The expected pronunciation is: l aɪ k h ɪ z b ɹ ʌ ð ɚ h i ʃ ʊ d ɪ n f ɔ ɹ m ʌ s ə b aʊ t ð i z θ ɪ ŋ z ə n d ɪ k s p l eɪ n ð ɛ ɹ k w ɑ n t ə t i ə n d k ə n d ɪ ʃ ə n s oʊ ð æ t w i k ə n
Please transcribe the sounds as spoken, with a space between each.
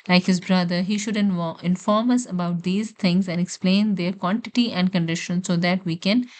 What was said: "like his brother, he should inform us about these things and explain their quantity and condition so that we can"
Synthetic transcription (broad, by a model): l aɪ k h ɪ z b ɹ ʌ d ɚ h i ʃ ʊ d ɪ n f ɔ ɹ m ʌ s ə b aʊ t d i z t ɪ ŋ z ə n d ɪ k s p l eɪ n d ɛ ɹ k w ɑ n t ə t i ə n d k ə n d ɪ ʃ ə n s oʊ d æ t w i k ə n